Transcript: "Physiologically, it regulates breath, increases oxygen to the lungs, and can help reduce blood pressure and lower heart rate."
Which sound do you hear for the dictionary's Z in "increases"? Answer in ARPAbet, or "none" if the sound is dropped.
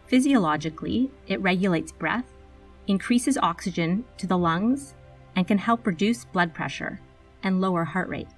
Z